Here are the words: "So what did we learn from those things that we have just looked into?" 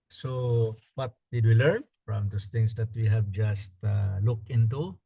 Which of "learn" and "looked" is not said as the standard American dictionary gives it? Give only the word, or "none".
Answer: looked